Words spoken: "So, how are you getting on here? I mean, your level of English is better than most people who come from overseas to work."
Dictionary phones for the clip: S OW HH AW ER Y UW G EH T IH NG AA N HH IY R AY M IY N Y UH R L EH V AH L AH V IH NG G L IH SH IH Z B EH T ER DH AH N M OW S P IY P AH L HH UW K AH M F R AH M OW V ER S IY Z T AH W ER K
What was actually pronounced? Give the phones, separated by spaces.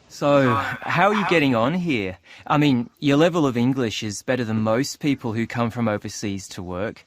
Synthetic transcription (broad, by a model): S OW HH AW ER Y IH G EH T IH NG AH N HH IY R AY M IY N Y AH R L EH V AH L AH V IH NG G L IH SH IH Z B EH T ER DH AH N M OW S P IY P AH L HH UW K AH M F R AH M OW V ER S IY Z T AH W ER K